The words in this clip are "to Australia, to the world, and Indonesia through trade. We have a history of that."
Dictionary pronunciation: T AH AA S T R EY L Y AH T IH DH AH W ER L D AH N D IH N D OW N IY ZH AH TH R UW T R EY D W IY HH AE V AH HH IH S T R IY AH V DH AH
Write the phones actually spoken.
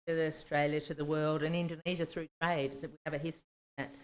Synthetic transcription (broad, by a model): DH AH AA S T R EY L Y AH T IH DH AH W ER L D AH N IH N D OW N IY ZH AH TH R UW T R EY D W IY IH V AH HH IH S T R IY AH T